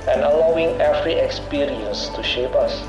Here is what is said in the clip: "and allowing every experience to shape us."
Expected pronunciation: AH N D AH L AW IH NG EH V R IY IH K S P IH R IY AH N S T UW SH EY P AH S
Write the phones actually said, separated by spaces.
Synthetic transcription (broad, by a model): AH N AH L AW IH NG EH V R IY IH K S P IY R IY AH N S T UW SH EY P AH S